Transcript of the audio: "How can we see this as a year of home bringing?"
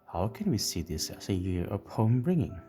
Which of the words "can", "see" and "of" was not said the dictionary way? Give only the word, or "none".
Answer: of